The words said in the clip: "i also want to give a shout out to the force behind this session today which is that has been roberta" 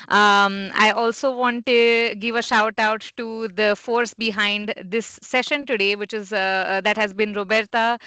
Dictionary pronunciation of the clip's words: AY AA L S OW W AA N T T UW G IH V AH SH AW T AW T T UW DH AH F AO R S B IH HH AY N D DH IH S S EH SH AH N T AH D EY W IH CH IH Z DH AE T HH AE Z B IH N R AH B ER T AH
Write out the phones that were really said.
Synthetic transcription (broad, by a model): AY AA L S OW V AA N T T UW G IH V AH SH AW T AW T T UW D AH F AO R S B IH HH AY N D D IH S S EH SH AH N T AH D EY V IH CH IH Z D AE T HH AE Z B IH N R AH B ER T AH